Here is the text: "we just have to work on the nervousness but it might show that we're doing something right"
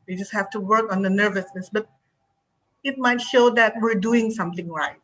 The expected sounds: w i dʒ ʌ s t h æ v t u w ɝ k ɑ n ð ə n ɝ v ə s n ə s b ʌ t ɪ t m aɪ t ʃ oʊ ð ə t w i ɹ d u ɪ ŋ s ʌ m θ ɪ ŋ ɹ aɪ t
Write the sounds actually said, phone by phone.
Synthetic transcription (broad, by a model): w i dʒ ʌ s t h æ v t u w ɝ k ɑ n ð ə n ɝ v ə s n ə s b ʌ t ɪ t m aɪ t ʃ oʊ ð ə t w i ɹ d u ɪ ŋ s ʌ m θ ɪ ŋ ɹ aɪ t